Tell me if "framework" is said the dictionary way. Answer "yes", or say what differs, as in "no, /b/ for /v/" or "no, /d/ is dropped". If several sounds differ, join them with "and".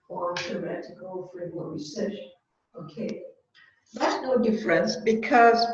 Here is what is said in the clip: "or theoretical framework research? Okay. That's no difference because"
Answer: no, /m/ is dropped